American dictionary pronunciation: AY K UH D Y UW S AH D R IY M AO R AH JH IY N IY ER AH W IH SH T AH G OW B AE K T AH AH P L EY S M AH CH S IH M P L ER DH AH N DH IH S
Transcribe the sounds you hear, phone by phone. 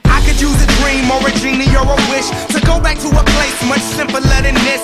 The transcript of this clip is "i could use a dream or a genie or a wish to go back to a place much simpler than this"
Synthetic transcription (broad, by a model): AY K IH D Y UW AH D R IY M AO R AH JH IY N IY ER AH W IH SH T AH G OW B AE K T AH AH P L EY S M AH CH S IH M P L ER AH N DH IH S